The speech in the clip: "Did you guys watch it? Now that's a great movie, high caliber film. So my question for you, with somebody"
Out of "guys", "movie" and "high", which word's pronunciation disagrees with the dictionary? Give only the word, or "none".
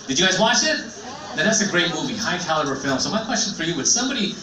none